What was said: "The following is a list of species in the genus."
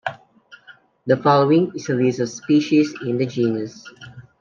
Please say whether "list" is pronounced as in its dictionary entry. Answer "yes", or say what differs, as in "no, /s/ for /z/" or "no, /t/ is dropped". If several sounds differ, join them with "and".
no, /t/ is dropped